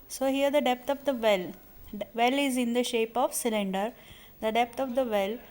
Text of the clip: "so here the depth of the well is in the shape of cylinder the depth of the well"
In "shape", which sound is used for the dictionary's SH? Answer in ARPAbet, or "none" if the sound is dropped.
SH